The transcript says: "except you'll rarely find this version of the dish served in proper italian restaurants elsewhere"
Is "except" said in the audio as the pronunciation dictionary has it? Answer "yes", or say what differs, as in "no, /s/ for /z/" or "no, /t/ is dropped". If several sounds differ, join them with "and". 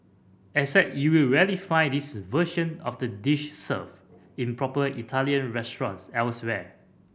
no, /k/ is dropped and /p/ is dropped